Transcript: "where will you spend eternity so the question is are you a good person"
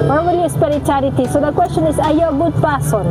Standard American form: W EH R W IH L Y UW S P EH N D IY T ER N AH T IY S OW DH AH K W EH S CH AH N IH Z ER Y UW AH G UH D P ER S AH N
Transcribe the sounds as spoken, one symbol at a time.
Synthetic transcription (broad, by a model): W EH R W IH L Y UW S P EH D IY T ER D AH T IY S OW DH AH K W EH S CH AH N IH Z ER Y AH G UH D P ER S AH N